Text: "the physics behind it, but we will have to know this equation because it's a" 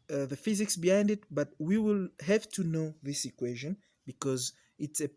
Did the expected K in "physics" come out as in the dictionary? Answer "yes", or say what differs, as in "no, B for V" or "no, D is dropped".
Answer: yes